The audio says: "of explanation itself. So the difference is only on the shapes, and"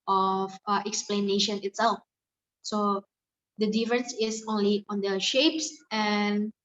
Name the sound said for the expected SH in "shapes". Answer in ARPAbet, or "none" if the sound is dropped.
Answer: SH